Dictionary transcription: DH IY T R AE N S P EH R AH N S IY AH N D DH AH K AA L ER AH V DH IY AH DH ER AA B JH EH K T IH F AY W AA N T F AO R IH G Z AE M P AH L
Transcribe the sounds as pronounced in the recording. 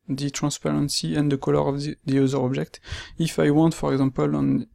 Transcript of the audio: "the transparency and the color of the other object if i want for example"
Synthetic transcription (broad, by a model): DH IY T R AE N S P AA R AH N S IY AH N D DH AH K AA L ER AH V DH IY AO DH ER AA B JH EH K T IH F AY W AA N T F AO R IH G Z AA M P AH L